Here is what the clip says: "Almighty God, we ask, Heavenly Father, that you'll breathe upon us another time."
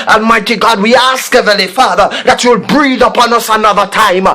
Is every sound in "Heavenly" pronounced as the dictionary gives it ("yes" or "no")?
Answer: no